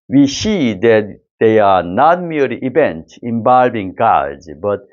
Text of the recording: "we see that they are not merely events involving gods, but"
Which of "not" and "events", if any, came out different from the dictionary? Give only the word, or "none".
events